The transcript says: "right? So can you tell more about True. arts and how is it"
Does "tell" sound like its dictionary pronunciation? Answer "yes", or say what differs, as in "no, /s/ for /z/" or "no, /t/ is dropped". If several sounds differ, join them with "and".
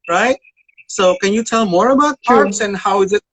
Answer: yes